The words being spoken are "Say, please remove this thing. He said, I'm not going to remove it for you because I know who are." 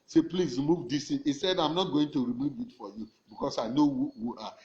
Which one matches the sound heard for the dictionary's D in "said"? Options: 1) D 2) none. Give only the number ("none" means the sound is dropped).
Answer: 1